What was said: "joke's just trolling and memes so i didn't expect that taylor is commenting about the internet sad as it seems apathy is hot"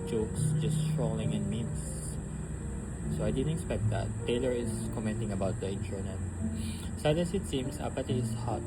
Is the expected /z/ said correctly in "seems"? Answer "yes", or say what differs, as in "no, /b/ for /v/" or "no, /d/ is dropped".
no, /s/ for /z/